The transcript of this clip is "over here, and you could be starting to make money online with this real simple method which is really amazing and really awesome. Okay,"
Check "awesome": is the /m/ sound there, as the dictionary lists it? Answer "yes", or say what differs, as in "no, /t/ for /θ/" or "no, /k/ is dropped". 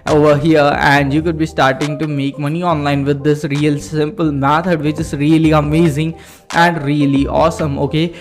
yes